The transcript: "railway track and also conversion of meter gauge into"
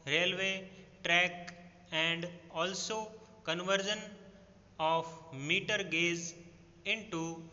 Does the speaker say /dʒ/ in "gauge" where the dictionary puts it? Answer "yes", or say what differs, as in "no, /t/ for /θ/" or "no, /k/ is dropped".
no, /z/ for /dʒ/